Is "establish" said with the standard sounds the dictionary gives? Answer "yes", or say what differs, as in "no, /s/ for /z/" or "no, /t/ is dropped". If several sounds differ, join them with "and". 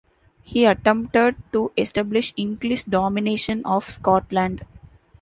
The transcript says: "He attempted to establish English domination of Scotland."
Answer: yes